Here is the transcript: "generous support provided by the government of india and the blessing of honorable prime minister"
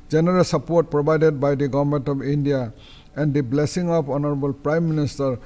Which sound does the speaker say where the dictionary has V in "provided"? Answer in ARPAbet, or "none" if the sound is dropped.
B